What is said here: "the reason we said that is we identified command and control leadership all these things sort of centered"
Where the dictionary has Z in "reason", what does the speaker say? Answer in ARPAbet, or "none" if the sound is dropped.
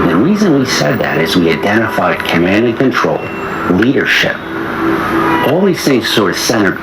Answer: Z